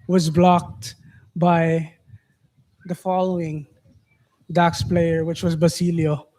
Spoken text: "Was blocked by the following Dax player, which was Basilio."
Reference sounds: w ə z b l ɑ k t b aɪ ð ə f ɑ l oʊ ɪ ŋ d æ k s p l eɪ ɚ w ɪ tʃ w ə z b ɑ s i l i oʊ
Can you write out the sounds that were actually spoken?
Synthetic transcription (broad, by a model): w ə z b l ɑ k t b aɪ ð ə f ɑ l oʊ ɪ ŋ d æ k s p l eɪ ɚ w ɪ tʃ w ə z b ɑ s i l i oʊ